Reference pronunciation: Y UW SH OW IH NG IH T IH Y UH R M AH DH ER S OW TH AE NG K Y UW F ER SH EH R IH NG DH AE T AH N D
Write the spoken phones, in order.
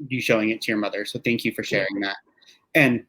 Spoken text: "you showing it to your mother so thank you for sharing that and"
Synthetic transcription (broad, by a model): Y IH SH OW IH NG IH T IH Y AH R M AH DH ER S OW TH AE NG K Y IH F ER SH EH R IH NG DH AE T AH N